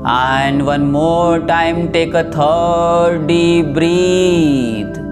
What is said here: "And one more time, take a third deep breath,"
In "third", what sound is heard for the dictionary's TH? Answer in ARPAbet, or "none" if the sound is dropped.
T